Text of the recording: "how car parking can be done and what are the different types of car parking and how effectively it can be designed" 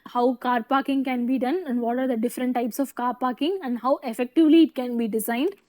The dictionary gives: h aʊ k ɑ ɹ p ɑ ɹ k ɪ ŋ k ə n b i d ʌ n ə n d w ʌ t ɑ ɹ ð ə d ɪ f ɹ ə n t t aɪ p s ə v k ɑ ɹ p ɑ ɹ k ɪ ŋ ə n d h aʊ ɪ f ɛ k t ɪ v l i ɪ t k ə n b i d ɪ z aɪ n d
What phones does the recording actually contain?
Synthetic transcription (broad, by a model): h aʊ k ɑ ɹ p ɑ ɹ k ɪ ŋ k ə n b i d ʌ n ə n d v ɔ t ɑ ɹ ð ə d ɪ f ɹ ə n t t aɪ p s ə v k ɑ ɹ p ɑ ɹ k ɪ ŋ ə n d h aʊ ɪ f ɛ k t ɪ v l i ɪ t k ə n b i d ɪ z aɪ n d